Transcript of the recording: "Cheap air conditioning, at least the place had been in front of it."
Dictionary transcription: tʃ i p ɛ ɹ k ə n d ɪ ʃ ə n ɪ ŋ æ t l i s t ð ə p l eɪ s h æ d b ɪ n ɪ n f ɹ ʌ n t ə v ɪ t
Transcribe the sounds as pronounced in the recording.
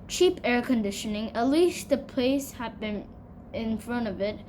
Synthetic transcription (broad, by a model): tʃ i p ɛ ɹ k ə n d ɪ ʃ ə n ɪ ŋ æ t l i s t ð ə p l eɪ s h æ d b ɪ n ɪ n f ɹ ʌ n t ə v ɪ t